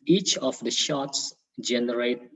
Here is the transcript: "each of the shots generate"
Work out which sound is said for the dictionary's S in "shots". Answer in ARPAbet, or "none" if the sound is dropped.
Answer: S